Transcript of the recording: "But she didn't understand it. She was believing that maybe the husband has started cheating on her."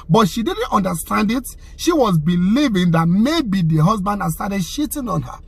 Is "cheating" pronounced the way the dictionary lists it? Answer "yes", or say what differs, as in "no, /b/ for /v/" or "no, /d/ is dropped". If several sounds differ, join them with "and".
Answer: no, /ʃ/ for /tʃ/